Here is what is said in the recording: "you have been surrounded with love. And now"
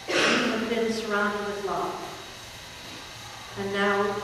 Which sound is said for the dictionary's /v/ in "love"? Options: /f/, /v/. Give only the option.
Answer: /f/